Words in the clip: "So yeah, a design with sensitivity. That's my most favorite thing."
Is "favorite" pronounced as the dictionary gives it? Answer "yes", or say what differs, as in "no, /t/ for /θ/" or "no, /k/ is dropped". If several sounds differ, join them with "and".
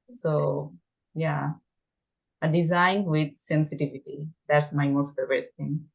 no, /ɹ/ is dropped